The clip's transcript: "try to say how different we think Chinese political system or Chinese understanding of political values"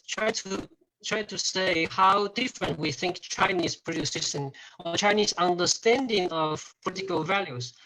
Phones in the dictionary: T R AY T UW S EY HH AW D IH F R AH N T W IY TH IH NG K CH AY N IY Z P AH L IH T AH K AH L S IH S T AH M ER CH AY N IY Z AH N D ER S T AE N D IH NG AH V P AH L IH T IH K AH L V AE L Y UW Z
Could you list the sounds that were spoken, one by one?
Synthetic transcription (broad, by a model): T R AY T UW S EY HH AW D IH F R AH N T W IY TH IH NG K CH AY N IY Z P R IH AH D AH S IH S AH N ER CH AY N IY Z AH N D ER S T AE N D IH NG AH V P AH L IH T IH K AH L V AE L Y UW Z